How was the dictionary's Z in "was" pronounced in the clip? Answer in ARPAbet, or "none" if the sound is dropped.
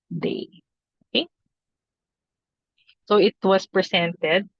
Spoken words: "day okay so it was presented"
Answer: S